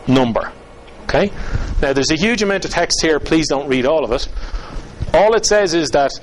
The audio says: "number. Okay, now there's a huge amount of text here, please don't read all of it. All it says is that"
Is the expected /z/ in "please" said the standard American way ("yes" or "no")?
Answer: yes